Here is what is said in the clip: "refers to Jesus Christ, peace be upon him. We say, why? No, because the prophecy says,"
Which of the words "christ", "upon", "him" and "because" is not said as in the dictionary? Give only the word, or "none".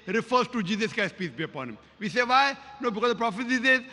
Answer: christ